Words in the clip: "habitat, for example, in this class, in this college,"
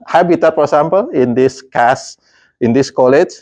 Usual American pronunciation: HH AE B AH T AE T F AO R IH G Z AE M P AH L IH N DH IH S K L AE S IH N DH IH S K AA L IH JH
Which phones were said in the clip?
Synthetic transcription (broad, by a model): HH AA B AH T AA T F AO R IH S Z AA M P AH L IH N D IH S K AA S IH N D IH S K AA L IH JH